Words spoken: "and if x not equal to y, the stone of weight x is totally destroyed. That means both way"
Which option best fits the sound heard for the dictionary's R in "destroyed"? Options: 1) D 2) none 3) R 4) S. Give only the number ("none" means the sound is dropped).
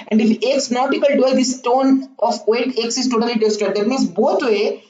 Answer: 2